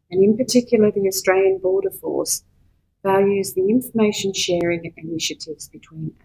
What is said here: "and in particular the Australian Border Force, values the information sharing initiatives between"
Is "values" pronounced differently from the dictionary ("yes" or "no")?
no